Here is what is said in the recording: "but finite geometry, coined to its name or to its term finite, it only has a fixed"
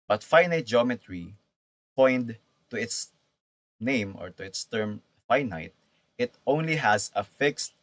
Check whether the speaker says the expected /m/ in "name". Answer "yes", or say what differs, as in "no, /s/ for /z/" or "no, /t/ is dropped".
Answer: yes